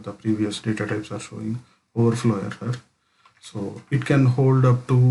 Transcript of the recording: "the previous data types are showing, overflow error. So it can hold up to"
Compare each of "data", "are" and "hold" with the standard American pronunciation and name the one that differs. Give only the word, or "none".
none